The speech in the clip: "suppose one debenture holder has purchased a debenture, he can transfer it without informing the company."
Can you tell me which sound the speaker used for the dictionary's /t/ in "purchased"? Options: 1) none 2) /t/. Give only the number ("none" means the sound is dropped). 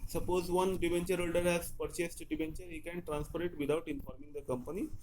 2